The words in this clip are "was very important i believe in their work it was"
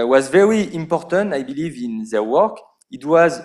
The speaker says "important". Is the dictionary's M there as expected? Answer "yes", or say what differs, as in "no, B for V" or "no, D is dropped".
yes